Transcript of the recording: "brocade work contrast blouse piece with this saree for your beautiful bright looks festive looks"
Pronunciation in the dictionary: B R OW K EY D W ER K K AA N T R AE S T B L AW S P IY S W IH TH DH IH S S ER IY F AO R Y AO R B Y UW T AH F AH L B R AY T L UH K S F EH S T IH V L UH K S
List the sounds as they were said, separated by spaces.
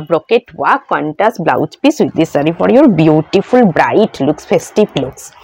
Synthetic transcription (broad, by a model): B R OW K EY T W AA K K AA N T AE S B L AW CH P IY S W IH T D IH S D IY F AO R Y AO R B Y UW T AH F AH L B R AY T L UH K S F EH S T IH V L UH K S